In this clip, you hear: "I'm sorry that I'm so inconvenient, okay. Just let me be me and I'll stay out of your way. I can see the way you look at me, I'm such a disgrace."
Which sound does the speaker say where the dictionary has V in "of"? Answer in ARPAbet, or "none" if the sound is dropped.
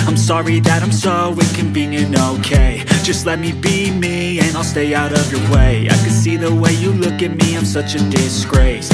V